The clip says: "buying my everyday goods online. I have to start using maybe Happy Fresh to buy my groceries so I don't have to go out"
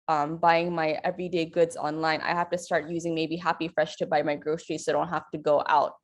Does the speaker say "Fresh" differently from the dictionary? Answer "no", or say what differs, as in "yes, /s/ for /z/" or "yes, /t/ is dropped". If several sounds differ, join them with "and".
no